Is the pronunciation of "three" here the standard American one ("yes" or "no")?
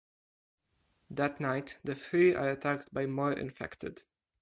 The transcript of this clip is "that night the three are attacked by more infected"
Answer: no